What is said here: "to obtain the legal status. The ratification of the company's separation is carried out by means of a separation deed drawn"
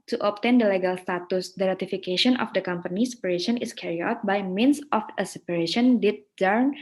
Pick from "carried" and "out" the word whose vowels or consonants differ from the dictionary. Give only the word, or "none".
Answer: carried